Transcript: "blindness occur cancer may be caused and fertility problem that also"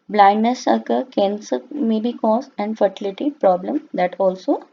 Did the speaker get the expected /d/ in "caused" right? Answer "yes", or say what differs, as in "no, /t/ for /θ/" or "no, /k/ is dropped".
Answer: no, /d/ is dropped